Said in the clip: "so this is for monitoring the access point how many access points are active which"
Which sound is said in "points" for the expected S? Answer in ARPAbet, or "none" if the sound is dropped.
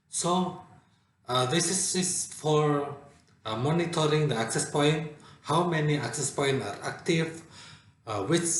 none